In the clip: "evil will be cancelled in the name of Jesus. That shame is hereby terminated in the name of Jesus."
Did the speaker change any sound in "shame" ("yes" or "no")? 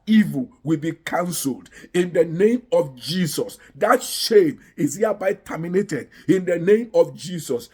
no